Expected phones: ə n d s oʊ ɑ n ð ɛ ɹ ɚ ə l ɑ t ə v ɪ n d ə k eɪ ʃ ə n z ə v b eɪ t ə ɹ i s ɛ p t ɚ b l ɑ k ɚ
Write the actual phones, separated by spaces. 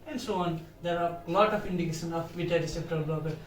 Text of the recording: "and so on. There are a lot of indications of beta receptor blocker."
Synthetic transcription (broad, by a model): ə n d s oʊ ɑ n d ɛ ɹ ə l ɑ t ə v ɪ n d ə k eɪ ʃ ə n ə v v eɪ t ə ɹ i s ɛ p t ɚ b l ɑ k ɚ